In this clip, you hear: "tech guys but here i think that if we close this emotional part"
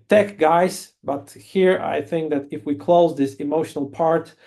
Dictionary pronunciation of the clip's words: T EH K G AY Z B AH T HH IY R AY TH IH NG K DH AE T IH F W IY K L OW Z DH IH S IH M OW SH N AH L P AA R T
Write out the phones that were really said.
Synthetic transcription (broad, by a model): T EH K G AY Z B AH T HH IY R AY TH IH NG K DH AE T IH F W IY K L OW Z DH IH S IH M OW SH N AH L P AA R T